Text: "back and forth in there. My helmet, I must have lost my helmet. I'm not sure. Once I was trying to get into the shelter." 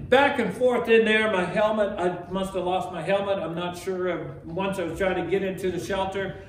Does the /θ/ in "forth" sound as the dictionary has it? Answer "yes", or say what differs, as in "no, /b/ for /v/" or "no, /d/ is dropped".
yes